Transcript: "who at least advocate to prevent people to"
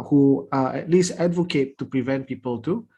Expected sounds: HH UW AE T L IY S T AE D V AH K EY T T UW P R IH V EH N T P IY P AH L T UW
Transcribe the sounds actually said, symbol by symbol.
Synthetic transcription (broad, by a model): HH UW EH T L IY S T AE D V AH K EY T T UW P R IH V EH N T P IY P AH L T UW